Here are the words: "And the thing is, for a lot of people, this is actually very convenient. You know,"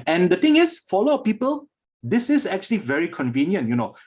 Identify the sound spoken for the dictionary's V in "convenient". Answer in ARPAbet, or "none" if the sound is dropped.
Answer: V